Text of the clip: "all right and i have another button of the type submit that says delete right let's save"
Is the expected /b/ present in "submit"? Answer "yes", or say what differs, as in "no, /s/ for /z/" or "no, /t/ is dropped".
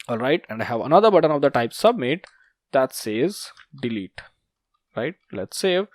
yes